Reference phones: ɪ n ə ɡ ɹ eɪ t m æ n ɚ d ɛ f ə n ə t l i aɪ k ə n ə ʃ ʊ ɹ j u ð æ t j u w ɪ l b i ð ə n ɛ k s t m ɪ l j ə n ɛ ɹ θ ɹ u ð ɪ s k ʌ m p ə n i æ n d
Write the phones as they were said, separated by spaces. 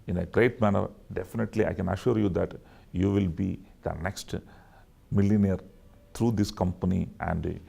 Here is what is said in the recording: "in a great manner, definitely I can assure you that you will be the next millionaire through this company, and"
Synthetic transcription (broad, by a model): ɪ n ə ɡ ɹ eɪ t m æ n ɚ d ɛ f ə n ə t l i aɪ k ə n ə ʃ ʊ ɹ j u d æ t j u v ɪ l b i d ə n ɛ k s t m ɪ l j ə n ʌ ɹ t ɹ u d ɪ s k ʌ m p ə n i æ n d